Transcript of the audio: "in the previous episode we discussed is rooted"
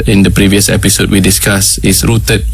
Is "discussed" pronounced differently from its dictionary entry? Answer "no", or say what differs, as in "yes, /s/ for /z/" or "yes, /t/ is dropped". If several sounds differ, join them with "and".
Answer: yes, /t/ is dropped